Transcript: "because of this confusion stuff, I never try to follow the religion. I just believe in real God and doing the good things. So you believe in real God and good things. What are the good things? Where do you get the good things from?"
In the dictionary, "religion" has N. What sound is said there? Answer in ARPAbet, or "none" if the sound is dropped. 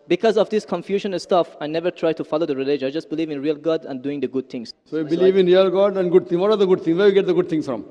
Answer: none